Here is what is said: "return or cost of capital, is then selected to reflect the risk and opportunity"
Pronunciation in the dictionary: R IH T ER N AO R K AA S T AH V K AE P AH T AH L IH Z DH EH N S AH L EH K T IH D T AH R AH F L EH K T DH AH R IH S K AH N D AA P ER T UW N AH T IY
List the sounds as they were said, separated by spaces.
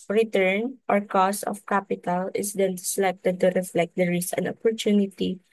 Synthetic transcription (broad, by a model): R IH T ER N AO R K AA S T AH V K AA P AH T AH L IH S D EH N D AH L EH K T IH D T AH R AH F L EH K T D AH R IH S AH N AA P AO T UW N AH T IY